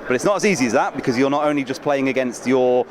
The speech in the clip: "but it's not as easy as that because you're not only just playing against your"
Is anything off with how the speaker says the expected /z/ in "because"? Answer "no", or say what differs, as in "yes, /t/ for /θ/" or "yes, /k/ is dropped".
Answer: no